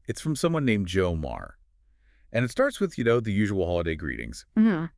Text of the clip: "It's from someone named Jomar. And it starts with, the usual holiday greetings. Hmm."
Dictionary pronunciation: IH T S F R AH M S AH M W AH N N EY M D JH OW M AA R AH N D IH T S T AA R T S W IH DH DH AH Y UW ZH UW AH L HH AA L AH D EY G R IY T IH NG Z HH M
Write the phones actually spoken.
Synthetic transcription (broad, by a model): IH T S F R AH M S AH M W AH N N EY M JH OW M AA R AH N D IH T S T AA R T S W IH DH DH AH Y UW ZH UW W L HH AA L AH D EY G R IY T IH NG Z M